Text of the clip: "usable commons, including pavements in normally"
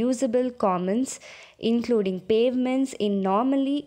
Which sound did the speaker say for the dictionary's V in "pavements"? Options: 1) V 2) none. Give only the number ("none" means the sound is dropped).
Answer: 1